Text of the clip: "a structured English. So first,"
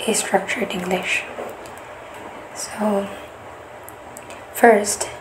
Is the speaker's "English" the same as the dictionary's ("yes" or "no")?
yes